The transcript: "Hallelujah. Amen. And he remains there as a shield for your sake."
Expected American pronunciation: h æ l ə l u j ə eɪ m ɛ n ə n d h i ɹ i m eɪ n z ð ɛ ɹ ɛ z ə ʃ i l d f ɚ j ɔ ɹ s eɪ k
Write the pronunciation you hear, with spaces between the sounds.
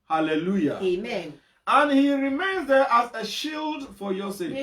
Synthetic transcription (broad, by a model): h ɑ l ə l u j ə eɪ m ɛ n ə n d h i ɹ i m eɪ n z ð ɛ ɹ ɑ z ə ʃ i l d f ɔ j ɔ s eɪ